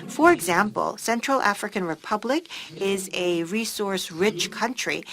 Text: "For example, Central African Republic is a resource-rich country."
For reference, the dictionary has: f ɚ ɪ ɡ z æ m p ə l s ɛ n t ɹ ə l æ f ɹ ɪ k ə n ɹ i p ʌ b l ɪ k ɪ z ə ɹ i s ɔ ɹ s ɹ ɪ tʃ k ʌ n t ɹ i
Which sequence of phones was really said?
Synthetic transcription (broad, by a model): f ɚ ɪ ɡ z æ m p ə l s ɛ n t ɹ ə l æ f ɹ ɪ k ə n ɹ i p ʌ b l ɪ k ɪ z ə ɹ i s ɔ ɹ s ɹ ɪ tʃ k ʌ n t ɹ i